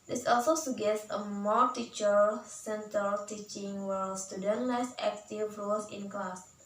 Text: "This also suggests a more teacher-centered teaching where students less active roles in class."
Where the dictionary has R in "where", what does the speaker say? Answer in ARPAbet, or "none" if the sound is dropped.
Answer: L